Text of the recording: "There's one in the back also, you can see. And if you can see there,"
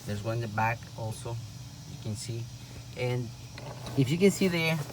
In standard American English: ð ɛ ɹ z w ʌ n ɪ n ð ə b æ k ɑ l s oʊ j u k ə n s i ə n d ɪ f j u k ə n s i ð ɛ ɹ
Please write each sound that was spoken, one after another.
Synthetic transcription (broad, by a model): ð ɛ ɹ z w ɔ ɪ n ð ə b æ k ɑ l s oʊ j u k ə n s i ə n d ɪ f j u k ə n s i ð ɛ ɹ